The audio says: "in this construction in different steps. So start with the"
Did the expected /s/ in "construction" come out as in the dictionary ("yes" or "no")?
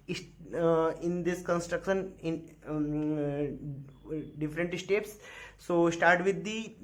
yes